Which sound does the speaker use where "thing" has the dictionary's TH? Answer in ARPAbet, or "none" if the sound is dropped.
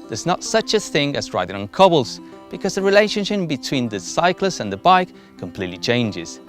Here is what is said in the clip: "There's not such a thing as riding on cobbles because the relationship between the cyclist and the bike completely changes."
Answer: TH